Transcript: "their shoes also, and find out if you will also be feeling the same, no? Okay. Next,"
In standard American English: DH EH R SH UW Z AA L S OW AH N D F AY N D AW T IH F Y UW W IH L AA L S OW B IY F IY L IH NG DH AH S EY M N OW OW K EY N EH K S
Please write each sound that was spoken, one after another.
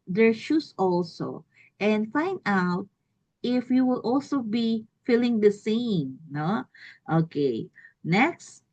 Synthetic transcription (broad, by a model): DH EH R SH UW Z AA L S OW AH N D F AY N D AW T IH F Y UW W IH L AA L S OW B IY F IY L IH NG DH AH S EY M N OW OW K EY N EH K S